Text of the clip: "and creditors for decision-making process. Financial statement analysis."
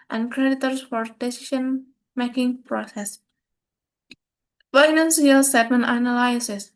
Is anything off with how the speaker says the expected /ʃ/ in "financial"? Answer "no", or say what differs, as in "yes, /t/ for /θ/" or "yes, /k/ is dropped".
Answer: yes, /s/ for /ʃ/